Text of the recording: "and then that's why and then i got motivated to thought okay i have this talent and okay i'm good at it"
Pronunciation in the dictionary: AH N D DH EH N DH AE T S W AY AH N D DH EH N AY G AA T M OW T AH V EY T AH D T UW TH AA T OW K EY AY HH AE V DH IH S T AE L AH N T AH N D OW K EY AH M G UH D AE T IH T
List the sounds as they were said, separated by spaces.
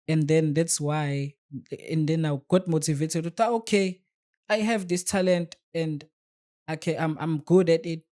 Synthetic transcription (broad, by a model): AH N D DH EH N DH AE T S W AY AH N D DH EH N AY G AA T M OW T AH V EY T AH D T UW T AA OW K EY AY HH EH V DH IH S T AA L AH N T AH N D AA K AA AH M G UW D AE T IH T